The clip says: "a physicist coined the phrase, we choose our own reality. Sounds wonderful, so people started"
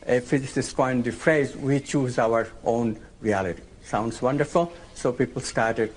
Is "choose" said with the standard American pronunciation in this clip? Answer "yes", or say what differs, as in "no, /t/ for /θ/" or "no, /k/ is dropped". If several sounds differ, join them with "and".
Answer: yes